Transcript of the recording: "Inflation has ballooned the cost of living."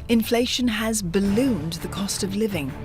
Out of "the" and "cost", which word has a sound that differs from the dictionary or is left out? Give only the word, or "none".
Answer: none